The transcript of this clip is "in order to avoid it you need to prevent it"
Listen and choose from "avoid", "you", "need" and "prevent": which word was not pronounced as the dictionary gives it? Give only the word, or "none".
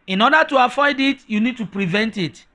avoid